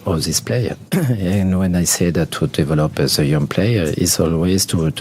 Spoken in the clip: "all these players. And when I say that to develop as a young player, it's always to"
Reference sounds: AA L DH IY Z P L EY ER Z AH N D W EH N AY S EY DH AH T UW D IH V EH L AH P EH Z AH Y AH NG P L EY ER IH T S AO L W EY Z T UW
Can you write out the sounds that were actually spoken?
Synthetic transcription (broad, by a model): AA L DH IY S P L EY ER AH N W EH N AY S EY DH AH T UW D IH V EH L AH P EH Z AH Y AH NG P L EY ER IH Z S AO L W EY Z T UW